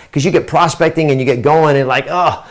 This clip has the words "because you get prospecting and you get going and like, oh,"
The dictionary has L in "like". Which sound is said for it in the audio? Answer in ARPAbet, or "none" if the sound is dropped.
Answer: L